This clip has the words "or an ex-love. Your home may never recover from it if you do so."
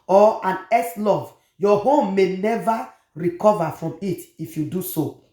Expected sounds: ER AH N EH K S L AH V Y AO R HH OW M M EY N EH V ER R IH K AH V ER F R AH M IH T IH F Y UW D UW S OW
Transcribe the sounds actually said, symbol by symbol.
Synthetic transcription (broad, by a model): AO AH N EH S L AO V Y AO HH OW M M EY N EH V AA R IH K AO V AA F R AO M IH T IH F Y UW D UW S OW